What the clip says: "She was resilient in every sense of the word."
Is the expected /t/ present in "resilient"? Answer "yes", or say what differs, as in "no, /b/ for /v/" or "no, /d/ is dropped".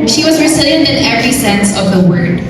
no, /t/ is dropped